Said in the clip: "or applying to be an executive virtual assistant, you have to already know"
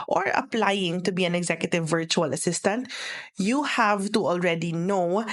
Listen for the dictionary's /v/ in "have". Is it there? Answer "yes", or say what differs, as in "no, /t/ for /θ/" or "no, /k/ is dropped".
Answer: yes